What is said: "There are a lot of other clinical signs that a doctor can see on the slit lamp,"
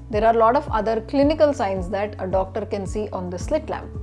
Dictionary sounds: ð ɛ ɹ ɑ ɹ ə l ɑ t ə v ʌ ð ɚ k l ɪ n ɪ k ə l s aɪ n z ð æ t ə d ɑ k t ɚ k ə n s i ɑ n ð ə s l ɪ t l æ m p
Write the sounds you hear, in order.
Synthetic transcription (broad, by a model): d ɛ ɹ ɑ ɹ l ɑ t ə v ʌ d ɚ k l ɪ n ɪ k ə l s aɪ n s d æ t ə d ɑ k t ɚ k ə n s i ɑ n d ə s l ɪ t l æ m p